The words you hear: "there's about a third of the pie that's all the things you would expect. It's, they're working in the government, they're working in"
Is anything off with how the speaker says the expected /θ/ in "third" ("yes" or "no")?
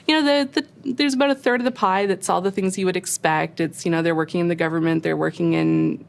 no